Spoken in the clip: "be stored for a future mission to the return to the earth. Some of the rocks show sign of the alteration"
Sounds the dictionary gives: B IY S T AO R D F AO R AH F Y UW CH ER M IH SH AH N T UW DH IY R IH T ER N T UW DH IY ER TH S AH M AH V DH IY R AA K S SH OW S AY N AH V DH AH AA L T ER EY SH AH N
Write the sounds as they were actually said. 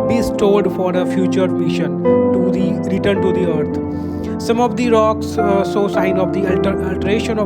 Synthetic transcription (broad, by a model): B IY S T AO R D F AO R AH F Y UW CH ER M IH SH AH N T UW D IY R IH T ER N T UW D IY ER T S AH M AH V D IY R AA K S S OW S AY N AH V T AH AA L T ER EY SH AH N